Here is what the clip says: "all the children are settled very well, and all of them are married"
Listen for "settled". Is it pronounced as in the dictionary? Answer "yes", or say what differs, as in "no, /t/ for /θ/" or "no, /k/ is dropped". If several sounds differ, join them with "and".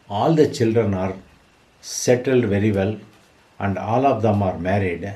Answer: yes